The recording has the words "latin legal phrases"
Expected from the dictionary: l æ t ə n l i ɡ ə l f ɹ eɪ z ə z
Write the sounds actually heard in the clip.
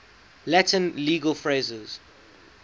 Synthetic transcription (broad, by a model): l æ t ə n l i ɡ ə l f ɹ eɪ z ə z